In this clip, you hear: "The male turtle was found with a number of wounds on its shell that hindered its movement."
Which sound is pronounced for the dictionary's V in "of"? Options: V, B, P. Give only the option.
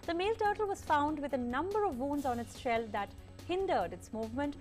V